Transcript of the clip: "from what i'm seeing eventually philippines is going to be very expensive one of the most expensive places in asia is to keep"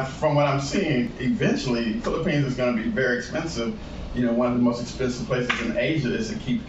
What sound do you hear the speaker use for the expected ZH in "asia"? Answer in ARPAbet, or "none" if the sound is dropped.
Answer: ZH